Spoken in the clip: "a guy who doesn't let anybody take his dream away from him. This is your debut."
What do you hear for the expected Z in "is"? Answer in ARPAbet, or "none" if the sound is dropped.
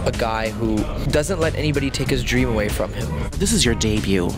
Z